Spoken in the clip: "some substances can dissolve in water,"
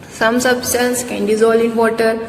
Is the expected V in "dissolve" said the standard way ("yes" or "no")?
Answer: no